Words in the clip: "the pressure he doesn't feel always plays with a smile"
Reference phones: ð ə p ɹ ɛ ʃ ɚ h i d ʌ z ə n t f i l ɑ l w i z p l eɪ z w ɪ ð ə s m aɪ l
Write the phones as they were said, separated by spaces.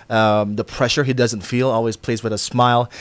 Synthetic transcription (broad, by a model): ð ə p ɹ ɛ ʃ ɚ h i d ʌ z ə n t f i l ɑ l w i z p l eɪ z w ɪ ð ə s m aɪ l